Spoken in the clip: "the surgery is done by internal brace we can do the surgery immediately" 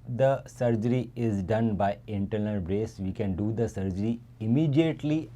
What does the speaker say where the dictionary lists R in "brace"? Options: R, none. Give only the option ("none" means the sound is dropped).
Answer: R